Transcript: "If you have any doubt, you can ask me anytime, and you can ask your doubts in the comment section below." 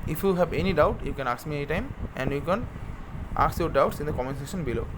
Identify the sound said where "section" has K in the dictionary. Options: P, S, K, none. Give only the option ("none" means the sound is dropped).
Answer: none